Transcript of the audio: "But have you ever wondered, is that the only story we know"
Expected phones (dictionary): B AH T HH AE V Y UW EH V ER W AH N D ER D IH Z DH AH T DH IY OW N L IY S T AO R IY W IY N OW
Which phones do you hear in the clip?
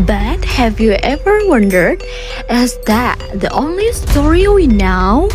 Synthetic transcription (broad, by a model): B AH T HH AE V Y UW EH V ER W AH N D ER D IH Z DH AH T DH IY OW N L IY S T AO R IY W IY N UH